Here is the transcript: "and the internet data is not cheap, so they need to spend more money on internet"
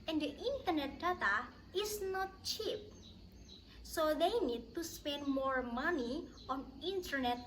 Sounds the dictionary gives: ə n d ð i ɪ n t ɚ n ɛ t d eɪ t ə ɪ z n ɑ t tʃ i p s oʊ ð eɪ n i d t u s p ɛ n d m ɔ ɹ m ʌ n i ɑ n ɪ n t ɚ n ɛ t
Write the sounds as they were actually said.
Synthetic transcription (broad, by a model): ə n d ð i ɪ n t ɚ n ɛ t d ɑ t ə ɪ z n ɑ t tʃ i p s oʊ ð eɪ n i d t u s p ɛ n d m ɔ ɹ m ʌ n i ɑ n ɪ n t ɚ n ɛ t